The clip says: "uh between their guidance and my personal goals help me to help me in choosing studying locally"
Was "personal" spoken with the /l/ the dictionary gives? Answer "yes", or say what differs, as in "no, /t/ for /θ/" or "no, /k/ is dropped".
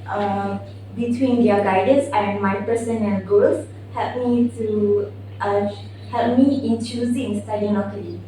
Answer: no, /n/ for /l/